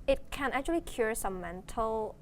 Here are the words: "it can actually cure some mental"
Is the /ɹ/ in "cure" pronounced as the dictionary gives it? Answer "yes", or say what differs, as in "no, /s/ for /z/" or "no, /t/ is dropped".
yes